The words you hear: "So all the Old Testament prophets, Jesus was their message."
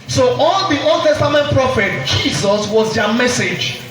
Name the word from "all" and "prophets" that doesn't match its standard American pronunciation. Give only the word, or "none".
prophets